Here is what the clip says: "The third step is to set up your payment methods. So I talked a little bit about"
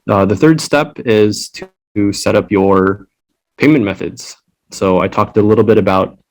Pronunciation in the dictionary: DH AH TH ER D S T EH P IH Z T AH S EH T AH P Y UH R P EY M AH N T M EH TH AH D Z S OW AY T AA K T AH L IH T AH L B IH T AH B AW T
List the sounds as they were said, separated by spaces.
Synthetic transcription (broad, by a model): DH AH TH ER D S T EH P IH Z T S EH T AH P Y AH R P EY M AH N M EH TH AH D Z S OW AY T AA K T AH L IH T L B IH T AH B AW T